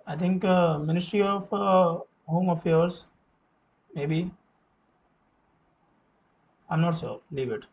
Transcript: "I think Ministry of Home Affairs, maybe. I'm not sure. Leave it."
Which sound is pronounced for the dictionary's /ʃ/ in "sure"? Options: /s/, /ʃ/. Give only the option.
/s/